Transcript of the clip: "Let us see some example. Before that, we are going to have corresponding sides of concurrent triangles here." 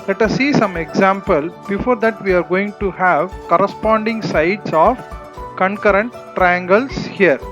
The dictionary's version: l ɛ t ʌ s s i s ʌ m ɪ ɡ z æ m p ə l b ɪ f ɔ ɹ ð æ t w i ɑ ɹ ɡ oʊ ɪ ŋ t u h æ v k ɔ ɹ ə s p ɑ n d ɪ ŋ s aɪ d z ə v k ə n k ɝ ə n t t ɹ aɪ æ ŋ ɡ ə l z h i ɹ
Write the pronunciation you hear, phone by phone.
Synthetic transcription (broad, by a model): l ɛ t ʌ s s i s ʌ m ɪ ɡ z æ m p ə l b ɪ f ɔ ɹ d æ t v i ɑ ɹ ɡ oʊ ɪ ŋ t u h æ v k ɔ ɹ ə s p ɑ n d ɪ ŋ s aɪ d s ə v k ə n k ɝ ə n t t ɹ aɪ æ ŋ ɡ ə l s h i ɹ